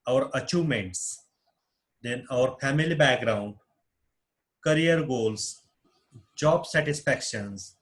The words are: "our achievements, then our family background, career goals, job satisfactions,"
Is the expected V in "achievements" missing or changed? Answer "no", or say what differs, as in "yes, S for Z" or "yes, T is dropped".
yes, V is dropped